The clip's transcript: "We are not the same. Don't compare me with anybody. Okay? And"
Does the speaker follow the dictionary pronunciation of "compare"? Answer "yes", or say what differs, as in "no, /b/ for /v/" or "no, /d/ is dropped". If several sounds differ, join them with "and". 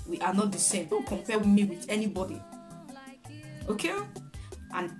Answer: no, /w/ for /ɹ/